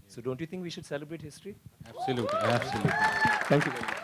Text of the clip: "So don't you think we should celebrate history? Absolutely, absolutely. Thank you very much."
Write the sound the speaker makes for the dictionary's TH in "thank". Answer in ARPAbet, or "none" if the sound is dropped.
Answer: T